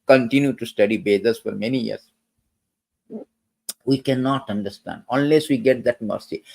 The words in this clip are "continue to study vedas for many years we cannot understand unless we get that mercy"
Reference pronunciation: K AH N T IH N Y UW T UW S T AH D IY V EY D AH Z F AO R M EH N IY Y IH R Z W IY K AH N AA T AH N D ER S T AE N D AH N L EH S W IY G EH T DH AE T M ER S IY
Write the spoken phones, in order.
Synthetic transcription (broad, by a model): K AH N T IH N Y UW T UW S T AH D IY B EY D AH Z F AO R M EH N IY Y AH R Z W IY K AH N AA T AH N D ER S T AE N D AH N L EH S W IY G EH T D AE T M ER S IY